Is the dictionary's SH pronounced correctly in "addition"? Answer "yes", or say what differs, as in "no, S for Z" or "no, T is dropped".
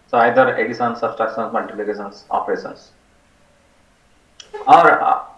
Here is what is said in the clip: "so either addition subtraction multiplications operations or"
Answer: no, S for SH